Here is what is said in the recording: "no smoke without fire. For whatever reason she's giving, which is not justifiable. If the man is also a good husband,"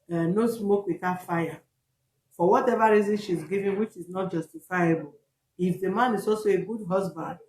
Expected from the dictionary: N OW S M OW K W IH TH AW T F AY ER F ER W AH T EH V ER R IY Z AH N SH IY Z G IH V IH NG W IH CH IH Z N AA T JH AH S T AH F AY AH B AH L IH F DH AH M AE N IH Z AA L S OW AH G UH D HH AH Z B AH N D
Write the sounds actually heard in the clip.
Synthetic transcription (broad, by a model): N OW S M OW K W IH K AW F AY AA F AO W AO T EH V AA R IY Z AH N SH IY Z G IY V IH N W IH CH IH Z N AA T JH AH S T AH F AY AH B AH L IH F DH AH M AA N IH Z AA L S OW AH G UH D HH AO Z B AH N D